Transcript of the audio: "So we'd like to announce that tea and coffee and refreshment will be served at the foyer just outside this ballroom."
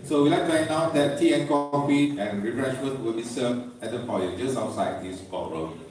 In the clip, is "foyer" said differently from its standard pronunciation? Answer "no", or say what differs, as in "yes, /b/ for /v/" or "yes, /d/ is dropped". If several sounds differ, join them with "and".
yes, /p/ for /f/